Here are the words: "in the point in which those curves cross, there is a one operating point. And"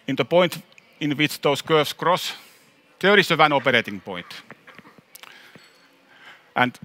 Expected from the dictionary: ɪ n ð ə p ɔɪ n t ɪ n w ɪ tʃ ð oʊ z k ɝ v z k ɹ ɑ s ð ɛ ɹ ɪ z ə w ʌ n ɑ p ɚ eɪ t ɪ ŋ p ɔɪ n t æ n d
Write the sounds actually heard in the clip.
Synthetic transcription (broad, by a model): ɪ n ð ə p ɔɪ n t ɪ n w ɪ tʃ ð oʊ s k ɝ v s k ɹ ɑ s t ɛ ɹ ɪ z ə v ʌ n ɑ p ɚ eɪ t ɪ ŋ p ɔɪ n t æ n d